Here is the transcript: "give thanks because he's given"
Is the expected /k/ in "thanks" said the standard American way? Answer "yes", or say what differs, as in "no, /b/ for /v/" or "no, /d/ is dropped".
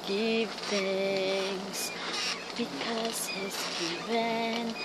no, /k/ is dropped